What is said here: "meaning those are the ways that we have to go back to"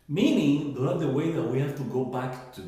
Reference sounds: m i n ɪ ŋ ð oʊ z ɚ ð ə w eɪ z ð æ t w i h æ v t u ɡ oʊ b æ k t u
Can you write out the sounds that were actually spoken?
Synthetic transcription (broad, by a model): m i n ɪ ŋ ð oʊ ɚ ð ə w eɪ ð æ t w i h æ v t u ɡ oʊ b æ k t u